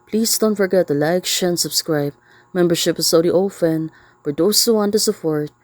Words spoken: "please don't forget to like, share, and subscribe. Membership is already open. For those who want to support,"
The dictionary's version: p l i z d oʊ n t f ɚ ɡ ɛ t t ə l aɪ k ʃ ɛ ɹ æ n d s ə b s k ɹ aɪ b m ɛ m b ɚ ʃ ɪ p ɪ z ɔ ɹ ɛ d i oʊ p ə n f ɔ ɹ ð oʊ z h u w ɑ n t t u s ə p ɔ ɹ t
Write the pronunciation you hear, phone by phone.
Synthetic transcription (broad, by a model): p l i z d oʊ n t f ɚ ɡ ɛ t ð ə l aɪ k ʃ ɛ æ n s ə b s k ɹ aɪ b m ɛ m b ɚ ʃ ɪ p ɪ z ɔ ʊ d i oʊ f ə n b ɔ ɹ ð oʊ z h u w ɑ n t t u s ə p ɔ ɹ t